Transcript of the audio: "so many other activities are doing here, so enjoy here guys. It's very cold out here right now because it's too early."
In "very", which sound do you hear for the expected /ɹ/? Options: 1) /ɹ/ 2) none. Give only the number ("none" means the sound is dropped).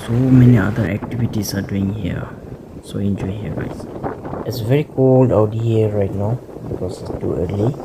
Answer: 1